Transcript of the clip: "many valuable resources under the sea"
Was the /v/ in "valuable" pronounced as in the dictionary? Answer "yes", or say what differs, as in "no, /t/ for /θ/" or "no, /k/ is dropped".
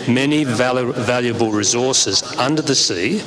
yes